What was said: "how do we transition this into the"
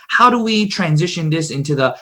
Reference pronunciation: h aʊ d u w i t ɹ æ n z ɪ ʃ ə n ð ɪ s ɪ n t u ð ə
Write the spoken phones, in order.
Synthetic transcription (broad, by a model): h aʊ d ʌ w i t ɹ æ n z ɪ ʃ ə n ð ɪ s ɪ n t u ð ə